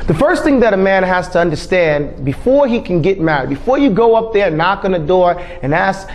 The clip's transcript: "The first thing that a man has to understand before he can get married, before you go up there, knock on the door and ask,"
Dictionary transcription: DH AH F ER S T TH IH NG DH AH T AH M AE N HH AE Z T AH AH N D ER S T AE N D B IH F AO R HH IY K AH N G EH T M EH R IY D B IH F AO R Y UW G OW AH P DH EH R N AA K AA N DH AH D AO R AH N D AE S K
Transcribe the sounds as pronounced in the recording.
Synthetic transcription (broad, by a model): DH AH F ER S T TH IH NG DH AH T AH M AE N HH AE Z T AH AH N D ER S T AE N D B IH F AO R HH IY K N G EH T M EH R IY D B IH F AO R Y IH G OW AH P DH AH R N AA K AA N DH AH D AO R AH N AE S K